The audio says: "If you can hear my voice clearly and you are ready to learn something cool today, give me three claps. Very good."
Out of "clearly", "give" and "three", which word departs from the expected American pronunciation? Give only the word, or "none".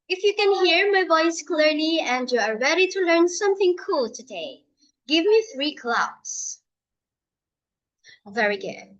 none